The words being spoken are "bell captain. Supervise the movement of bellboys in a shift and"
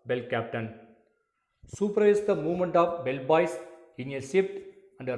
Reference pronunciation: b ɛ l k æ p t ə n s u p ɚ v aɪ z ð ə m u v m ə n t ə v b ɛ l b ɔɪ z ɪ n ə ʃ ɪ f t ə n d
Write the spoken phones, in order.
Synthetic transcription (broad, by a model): b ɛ l k æ p t ə n s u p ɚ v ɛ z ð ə m u v m ə n t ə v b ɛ l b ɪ s ɪ n ə s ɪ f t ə n d